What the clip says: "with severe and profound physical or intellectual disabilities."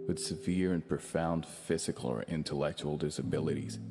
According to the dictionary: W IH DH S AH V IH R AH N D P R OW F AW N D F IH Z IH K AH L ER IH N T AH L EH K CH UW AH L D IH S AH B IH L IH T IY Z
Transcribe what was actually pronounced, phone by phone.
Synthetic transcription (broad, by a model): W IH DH S AH V IH R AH N P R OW F AW N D F IH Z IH K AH L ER IH N T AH L EH K CH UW L D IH S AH B IH L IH T IY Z